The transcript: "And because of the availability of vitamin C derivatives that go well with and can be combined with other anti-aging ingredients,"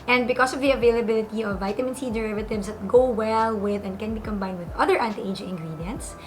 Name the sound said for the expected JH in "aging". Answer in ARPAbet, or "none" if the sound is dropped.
none